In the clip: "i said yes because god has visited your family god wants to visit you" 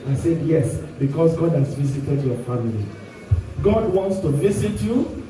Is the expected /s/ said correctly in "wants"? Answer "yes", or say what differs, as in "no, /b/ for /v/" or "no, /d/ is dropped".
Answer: yes